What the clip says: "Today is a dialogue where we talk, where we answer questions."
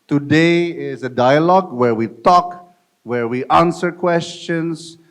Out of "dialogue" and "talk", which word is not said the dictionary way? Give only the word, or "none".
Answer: none